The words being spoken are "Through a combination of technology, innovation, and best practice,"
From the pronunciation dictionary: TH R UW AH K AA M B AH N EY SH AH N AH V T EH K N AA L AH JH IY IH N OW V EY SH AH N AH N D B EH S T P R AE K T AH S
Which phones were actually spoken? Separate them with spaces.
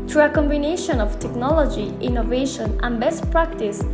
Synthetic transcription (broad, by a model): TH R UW AH K AA M B AH N EY SH AH N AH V T EH K N AA L AH JH IY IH N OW V EY SH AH N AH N B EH S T P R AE K T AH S